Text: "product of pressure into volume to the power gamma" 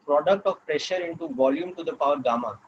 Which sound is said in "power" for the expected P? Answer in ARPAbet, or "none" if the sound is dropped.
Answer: P